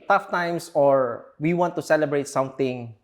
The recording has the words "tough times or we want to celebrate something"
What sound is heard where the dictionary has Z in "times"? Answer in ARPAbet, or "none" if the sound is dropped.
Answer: S